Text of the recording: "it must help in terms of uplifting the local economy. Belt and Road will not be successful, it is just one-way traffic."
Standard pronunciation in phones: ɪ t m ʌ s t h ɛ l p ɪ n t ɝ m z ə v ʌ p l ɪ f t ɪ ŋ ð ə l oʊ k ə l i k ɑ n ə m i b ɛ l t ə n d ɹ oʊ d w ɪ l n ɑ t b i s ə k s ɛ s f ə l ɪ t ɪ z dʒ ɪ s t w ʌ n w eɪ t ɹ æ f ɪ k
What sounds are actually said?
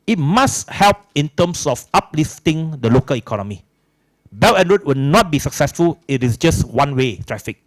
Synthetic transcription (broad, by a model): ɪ t m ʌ s h ɛ l p ɪ n t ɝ m s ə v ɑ p l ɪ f t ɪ ŋ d ə l oʊ k ə l i k ɑ n ə m i b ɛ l ə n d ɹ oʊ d w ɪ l n ɑ t b i s ə k s ɛ s f ə l ɪ t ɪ s dʒ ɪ s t w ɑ n w eɪ t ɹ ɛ f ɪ k